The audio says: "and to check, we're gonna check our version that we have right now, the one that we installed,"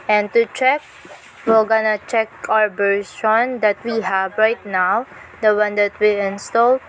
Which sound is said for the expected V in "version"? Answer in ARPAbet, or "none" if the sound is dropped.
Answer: B